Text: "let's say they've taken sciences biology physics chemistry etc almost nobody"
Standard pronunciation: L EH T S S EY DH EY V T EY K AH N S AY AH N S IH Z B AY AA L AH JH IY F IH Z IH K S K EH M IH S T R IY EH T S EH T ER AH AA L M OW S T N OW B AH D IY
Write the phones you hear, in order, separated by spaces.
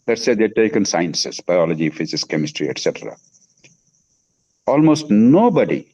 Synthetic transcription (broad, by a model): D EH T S S EY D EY T EY K AH N S AY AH N S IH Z B AY AA L AH JH IY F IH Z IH S K EH M IH S T R IY EH T S EH T ER AH AA L M OW S T N OW B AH D IY